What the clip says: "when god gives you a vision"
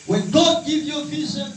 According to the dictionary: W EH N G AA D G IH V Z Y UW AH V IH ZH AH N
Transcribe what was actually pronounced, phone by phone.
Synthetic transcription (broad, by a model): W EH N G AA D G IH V Y AH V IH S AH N